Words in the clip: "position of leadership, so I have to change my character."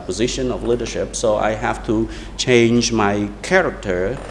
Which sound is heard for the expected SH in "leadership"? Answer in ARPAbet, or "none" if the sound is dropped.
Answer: SH